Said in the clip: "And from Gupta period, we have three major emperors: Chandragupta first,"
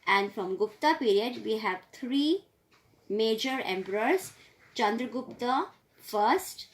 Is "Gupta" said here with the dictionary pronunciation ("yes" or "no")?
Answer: yes